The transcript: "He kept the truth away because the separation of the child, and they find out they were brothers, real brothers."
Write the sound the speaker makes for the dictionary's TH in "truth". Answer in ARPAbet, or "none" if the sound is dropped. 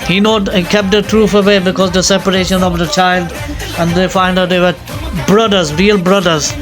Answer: F